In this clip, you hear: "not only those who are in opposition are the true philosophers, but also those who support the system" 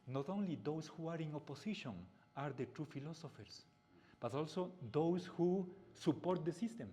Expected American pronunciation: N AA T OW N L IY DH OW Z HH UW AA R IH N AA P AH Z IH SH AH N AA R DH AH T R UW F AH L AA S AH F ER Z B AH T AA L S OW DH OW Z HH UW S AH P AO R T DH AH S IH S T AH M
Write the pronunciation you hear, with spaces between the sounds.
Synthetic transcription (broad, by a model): N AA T OW N L IY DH OW S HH UW AA R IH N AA P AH S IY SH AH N AA R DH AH T R UW F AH L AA S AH F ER S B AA T AA L S OW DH OW S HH UW S AH P AO R T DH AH S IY S T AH M